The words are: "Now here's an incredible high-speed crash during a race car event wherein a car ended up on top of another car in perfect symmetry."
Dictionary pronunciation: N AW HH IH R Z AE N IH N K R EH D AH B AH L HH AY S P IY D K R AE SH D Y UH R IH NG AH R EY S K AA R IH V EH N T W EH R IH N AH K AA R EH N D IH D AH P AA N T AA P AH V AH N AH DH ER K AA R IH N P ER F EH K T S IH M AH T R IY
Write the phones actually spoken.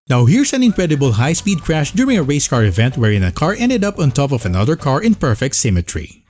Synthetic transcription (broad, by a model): N AW HH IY R S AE N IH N K R EH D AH B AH L HH AY S P IY D K R AE SH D Y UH R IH NG AH R EY S K AA R IH V EH N T W EH R IH N AH K AA R EH N D IH D AH P AA N T AA P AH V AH N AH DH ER K AA R IH N P ER F EH K T S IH M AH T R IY